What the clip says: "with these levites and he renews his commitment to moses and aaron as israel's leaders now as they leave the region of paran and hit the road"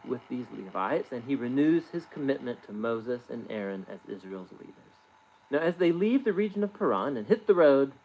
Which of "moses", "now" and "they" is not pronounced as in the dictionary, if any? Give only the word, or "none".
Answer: none